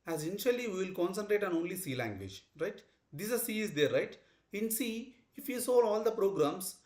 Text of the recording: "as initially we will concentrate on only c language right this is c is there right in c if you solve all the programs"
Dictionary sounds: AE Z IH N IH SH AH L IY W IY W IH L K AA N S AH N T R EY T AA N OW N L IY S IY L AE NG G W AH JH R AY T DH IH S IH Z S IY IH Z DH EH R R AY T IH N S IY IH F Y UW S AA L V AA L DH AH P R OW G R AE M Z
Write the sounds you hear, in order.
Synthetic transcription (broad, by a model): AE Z IH N IH SH AH L IY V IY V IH L K AA N S AH N T R EY T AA N OW N L IY S IY L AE NG G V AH JH R AY T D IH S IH S IY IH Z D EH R R AY T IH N S IY IH F Y UW S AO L AA L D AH P R OW G R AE M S